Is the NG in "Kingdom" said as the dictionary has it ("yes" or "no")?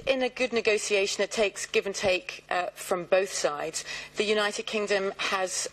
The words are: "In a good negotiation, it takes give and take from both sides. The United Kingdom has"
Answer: yes